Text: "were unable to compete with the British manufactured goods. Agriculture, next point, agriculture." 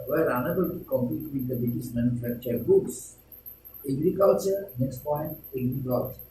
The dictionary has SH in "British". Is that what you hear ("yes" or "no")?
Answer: no